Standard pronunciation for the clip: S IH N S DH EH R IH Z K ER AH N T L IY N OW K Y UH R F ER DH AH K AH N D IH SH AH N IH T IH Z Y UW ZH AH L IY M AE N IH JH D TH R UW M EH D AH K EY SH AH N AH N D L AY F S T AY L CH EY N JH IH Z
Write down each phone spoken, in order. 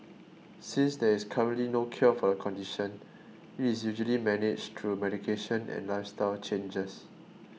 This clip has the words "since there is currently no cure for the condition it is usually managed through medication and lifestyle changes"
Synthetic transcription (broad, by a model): S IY N S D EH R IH S K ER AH N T L IY N OW K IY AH F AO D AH K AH N D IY SH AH N IH T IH S Y UW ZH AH L IY M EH N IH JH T R UW M EH D AH K EY SH AH N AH N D L AY F S T AY L CH EY N JH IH S